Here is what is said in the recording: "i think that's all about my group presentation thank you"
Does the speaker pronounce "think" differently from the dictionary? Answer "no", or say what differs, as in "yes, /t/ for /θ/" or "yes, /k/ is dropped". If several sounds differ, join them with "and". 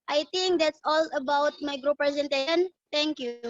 yes, /t/ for /θ/